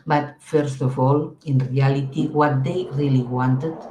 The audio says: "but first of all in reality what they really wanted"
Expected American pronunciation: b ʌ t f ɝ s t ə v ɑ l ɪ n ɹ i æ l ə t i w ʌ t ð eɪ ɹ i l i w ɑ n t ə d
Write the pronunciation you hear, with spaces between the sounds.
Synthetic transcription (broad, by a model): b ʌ t f ɝ s t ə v ɑ l ɪ n ɹ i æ l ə t i w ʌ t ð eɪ ɹ i l i w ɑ n t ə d